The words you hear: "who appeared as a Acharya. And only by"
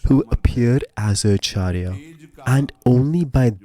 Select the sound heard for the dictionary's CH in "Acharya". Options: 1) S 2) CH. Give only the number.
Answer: 2